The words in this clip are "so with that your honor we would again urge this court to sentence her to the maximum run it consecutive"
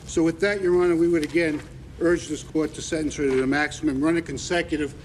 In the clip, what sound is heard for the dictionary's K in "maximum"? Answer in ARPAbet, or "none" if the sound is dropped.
K